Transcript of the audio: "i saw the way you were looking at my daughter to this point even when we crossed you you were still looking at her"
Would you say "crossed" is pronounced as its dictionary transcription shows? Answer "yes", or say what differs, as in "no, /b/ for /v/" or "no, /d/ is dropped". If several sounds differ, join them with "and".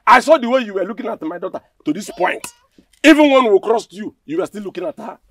yes